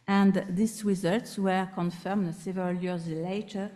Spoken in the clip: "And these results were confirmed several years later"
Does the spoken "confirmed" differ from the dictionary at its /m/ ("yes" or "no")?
no